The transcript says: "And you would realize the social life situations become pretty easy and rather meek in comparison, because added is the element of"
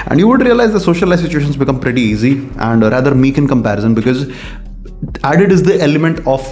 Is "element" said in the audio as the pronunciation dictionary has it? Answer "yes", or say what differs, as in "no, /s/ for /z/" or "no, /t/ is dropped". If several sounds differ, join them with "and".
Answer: yes